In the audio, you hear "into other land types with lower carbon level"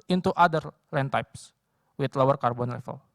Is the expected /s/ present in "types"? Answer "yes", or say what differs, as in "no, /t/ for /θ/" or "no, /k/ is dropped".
yes